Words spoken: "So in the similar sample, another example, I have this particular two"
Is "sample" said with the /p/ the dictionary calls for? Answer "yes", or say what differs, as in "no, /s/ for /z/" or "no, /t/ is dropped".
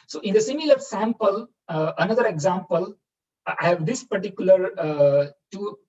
yes